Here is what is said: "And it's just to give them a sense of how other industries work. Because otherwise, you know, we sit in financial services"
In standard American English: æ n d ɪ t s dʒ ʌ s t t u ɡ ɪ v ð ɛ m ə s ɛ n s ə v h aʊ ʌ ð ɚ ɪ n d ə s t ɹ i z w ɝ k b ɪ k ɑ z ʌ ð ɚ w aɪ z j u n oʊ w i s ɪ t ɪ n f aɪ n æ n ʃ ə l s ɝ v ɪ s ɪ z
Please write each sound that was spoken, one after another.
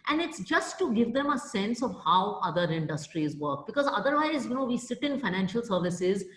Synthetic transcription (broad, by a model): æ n d ɪ t s dʒ ʌ s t t u ɡ ɪ v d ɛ m ə s ɛ n s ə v h aʊ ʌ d ɚ ɪ n d ə s t ɹ i z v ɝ k b ɪ k ɑ z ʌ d ɚ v aɪ z j u n oʊ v i s ɪ t ɪ n f aɪ n æ n ʃ ə l s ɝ v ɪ s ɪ z